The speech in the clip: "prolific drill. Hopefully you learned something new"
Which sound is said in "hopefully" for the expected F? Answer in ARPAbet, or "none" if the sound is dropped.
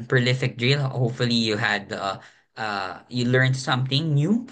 F